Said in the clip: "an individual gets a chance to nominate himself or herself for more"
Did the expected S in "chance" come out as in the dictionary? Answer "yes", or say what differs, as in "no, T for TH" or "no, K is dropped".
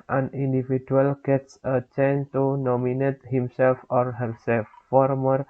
no, S is dropped